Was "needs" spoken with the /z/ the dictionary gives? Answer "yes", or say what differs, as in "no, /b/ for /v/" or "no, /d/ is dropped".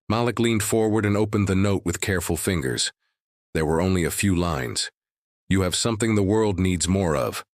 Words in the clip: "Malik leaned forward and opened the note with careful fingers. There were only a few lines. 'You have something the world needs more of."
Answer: yes